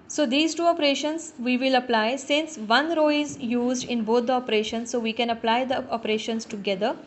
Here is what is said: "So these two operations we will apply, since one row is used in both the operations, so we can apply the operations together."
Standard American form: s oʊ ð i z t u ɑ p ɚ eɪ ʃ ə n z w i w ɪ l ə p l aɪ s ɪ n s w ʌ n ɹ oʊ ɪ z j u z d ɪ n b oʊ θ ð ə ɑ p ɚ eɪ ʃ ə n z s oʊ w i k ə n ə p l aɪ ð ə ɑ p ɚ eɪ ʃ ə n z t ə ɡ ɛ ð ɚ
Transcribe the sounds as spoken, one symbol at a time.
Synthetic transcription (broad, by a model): s oʊ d i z t u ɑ p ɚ eɪ ʃ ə n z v i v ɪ l ə p l aɪ s ɪ n s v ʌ n ɹ oʊ ɪ z j u z d ɪ n b oʊ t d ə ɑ p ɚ eɪ ʃ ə n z s oʊ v i k ə n ə p l aɪ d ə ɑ p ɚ eɪ ʃ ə n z t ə ɡ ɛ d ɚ